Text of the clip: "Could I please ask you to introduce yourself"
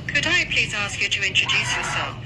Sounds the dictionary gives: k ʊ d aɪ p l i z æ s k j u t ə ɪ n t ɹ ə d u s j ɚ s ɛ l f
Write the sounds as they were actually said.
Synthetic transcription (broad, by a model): k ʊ d aɪ p l i z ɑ s k j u t ə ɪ n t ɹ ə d u s j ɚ s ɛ l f